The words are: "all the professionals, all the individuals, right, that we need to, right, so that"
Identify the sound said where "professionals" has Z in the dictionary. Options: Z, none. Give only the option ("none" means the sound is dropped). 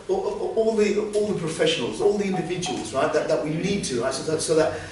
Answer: Z